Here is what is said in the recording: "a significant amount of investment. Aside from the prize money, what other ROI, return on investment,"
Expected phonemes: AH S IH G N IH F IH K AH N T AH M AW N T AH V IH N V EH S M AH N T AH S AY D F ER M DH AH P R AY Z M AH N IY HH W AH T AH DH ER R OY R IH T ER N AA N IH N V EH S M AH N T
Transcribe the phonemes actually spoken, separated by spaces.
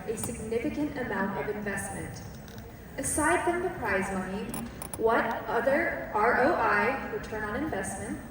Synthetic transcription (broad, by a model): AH S IH G N IH F IH K AH N T AH M AW N T AH V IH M V EH S M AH N T AH S AY D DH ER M DH AH P R AY Z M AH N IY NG W AH T AH DH ER R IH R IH T ER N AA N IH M V EH S M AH N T